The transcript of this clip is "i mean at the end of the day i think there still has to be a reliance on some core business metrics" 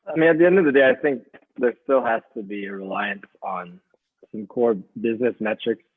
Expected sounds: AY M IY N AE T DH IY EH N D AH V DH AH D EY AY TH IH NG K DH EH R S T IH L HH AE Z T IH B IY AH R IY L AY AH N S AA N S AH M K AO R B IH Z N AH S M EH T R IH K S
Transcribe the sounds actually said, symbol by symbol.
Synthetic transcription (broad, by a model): AY M IY N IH T DH IY EH N D AH V DH AH D EY AY TH IH NG K DH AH R S T IH L HH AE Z T IH B IY AH R IY L AY AH N S N S AH M K AO R B IH Z N AH S M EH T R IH K S